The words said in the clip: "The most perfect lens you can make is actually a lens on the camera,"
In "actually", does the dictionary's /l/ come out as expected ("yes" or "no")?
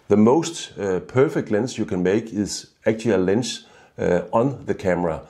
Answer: no